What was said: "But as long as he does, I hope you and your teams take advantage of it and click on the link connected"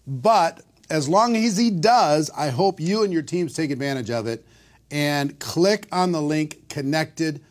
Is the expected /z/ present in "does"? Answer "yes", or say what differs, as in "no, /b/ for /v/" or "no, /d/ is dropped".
yes